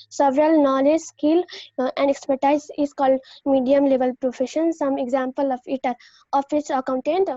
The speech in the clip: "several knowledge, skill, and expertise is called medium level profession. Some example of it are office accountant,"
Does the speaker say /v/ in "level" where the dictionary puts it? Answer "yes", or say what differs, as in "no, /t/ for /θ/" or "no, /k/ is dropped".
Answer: yes